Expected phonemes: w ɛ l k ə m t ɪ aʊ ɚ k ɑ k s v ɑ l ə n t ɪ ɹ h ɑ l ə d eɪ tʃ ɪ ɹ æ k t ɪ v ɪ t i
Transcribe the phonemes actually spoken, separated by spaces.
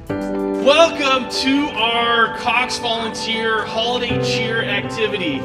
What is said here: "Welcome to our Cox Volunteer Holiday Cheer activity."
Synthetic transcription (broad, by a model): w ɛ l k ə m t ɪ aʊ ɚ k ɑ k s v ɑ l ə n t ɪ ɹ h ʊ l d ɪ tʃ ɪ ɹ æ k t ɪ v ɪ t i